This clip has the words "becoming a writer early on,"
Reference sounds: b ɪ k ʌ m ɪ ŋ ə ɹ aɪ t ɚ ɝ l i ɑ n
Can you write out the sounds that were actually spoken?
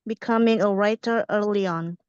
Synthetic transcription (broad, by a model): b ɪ k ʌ m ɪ ŋ ə ɹ aɪ t ɚ ɝ l i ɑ n